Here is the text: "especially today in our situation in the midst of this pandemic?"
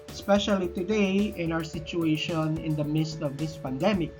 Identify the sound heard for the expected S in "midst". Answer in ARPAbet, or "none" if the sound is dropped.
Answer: S